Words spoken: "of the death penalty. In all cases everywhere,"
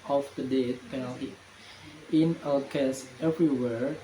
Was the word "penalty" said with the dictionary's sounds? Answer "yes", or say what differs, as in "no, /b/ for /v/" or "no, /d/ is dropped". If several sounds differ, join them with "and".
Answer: yes